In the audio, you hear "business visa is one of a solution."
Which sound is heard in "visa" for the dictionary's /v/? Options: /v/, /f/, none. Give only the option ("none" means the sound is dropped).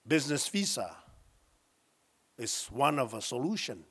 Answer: /f/